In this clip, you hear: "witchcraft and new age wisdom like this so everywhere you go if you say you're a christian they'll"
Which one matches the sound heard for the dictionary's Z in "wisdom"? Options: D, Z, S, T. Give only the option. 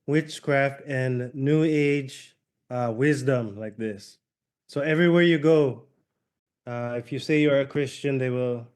Z